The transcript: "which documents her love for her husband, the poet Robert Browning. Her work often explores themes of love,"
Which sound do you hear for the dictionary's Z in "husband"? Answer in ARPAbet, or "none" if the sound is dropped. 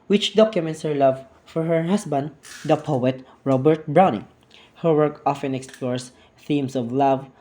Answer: S